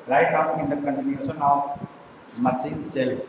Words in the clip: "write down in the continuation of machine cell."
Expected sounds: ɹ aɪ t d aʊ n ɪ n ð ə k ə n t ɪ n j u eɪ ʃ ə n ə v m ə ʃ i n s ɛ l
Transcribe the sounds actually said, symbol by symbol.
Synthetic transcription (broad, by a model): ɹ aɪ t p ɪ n ɪ n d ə k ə n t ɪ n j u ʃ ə n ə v m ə s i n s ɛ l